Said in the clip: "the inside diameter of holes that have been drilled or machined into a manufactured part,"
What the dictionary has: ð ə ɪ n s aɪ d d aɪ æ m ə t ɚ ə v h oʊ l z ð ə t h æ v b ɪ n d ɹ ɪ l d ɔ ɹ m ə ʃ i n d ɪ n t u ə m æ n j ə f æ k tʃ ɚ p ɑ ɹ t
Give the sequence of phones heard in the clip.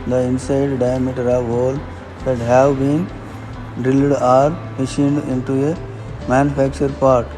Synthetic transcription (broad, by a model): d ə ɪ n s aɪ d d aɪ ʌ m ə t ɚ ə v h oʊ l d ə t h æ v b ɪ n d ɪ l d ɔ ɹ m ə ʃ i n d ɪ n t u ə m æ n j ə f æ k tʃ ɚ p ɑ ɹ t